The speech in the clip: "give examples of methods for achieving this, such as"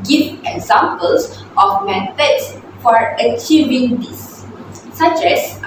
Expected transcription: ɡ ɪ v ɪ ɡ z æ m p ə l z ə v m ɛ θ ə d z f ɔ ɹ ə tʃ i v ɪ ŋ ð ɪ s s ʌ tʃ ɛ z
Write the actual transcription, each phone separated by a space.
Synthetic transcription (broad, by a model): ɡ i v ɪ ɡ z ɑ m p ə l s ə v m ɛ t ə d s f ɔ ɹ ə tʃ i v ɪ ŋ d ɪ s s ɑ tʃ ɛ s